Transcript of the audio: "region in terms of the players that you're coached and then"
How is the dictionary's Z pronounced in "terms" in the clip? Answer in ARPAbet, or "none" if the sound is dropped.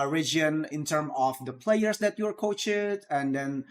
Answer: none